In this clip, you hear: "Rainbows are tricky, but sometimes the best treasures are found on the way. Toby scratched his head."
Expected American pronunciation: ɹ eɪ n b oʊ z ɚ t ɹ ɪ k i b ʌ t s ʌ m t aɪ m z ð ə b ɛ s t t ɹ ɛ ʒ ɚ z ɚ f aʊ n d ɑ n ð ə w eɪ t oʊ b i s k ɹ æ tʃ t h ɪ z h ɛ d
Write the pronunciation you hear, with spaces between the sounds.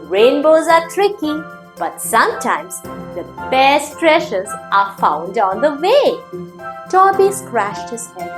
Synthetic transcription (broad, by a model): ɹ eɪ n b oʊ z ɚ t ɹ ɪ k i b ʌ t s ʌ m t aɪ m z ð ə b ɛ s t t ɹ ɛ ʃ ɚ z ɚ f aʊ n d ɑ n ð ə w eɪ t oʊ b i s k ɹ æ ʃ t h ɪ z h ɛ